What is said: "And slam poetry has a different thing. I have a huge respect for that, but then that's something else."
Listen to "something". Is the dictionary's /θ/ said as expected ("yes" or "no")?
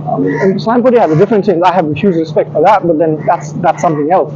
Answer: yes